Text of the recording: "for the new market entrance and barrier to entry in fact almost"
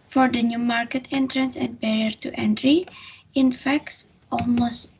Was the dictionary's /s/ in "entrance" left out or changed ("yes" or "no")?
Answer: no